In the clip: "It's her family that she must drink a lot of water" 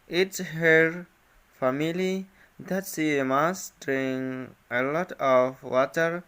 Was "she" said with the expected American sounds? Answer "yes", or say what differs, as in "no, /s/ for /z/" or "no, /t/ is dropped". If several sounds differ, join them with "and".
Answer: no, /s/ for /ʃ/